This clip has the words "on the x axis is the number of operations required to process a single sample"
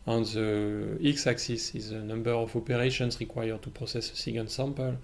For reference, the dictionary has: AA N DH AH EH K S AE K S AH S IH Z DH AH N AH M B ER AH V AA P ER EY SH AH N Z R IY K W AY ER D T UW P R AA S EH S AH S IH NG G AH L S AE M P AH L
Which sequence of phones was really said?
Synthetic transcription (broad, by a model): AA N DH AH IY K S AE K S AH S IH Z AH N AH M B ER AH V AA P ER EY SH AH N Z R IY K W AY ER D T UW P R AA S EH S AH S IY G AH N S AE M P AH L